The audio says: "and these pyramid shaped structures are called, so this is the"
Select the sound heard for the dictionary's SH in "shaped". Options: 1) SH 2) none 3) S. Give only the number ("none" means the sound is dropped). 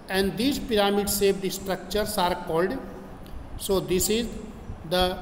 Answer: 3